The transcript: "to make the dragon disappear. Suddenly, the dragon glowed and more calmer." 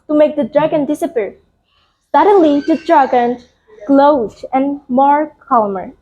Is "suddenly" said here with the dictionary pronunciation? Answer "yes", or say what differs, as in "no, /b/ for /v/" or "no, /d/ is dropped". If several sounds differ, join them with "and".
no, /n/ is dropped